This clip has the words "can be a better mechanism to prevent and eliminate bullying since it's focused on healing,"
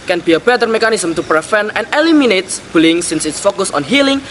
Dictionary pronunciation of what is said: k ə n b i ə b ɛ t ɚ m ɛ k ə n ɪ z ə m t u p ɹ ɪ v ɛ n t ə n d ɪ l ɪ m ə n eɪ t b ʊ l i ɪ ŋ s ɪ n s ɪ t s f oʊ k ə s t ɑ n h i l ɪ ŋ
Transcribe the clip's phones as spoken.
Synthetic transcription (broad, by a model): k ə n b i ə b ɛ t ɚ m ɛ k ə n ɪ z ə m t u p ɹ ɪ f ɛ n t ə n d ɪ l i m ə n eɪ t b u l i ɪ ŋ s ɪ n s ɪ t s f oʊ k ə s ɑ n h i l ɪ ŋ